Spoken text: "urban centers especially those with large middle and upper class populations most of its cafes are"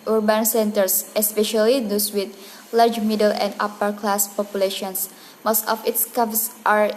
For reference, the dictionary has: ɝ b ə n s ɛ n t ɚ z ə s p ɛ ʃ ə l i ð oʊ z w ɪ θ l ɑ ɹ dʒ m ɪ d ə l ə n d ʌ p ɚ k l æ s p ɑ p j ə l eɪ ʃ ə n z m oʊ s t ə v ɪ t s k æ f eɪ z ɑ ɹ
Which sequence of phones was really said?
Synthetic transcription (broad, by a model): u b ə n s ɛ n t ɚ s ə s p ɛ ʃ ə l i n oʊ s w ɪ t l ɑ ɹ dʒ m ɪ d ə l ə n d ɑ p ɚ k l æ s p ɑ p j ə l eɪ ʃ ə n s m oʊ s t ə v ɪ t s k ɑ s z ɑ ɹ